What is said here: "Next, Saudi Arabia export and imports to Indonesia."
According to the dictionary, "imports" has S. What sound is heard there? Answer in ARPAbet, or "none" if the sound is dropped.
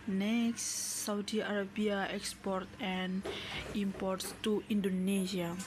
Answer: S